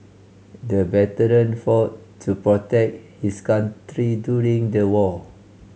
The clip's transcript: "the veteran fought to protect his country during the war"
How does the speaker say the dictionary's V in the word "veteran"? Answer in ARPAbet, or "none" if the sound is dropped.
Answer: B